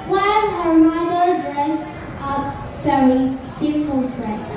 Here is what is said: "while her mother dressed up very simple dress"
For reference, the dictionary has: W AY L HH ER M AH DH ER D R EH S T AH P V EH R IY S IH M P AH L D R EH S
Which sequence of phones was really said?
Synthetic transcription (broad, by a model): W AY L HH ER M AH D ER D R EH S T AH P F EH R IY S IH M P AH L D R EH S